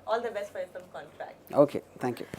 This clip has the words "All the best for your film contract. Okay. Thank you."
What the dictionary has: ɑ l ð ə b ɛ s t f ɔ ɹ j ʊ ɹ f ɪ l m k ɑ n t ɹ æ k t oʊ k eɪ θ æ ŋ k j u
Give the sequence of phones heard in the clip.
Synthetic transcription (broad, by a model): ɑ l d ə b ɛ s t f ɔ ɹ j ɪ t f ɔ m k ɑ n t ɹ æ k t oʊ k eɪ t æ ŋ k j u